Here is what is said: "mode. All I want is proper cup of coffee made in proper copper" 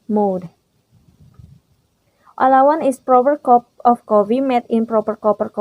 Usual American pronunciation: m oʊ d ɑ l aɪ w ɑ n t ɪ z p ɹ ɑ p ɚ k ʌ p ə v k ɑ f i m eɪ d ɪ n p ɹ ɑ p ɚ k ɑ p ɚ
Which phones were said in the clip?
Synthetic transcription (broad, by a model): m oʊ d ɑ l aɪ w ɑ n ɪ s p ɹ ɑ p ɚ k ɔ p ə f k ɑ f i m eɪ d ɪ n p ɹ ɑ p ɚ k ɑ p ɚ